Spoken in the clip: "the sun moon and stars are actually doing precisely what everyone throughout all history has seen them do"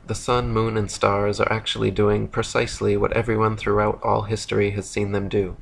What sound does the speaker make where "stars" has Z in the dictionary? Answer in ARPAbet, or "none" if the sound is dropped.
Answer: Z